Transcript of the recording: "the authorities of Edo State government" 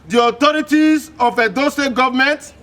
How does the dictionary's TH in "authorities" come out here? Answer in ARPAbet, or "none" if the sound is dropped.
T